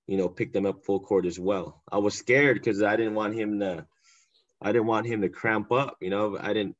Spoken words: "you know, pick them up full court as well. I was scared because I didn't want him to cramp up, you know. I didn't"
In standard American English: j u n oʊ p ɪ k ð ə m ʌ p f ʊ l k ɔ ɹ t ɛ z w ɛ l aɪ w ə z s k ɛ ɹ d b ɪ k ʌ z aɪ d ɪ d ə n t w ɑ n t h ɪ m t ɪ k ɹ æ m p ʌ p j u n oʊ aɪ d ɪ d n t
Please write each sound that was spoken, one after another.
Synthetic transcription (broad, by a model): j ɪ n oʊ p ɪ k ð ə m ʌ p f ʊ l k ɔ ɹ t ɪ z w ɛ l aɪ w ə z s k ɛ ɹ d k ʌ z aɪ d ɪ d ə n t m ɑ n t h ɪ m t ɪ k ɹ æ m p ʌ p j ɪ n oʊ aɪ d ɪ d n t